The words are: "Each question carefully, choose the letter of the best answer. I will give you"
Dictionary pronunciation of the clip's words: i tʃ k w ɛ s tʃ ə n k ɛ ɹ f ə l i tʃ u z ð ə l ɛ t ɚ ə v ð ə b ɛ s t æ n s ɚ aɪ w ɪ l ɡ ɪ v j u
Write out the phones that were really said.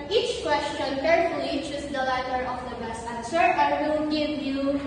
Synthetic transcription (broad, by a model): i tʃ k w ɛ s tʃ ə n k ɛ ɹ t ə i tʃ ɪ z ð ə l ɛ t ɚ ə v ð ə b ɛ s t æ n s ɚ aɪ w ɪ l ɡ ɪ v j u